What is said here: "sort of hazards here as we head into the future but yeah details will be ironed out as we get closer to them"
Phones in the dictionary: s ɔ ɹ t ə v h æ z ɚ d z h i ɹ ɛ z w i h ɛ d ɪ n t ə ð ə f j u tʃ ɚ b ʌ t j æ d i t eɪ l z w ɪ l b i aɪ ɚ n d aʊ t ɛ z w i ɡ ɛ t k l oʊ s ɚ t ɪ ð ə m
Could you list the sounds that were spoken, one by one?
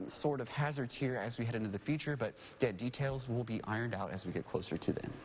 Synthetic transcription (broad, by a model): s ɔ ɹ t ə v h æ z ɚ d z h i ɹ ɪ z w i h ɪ d ɪ n t ə ð ə f j u tʃ ɚ b ʌ t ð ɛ d i t eɪ l z w ɪ l b i aɪ ɚ n d aʊ t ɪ z w i ɡ ɛ t k l oʊ s ɚ t ɪ ð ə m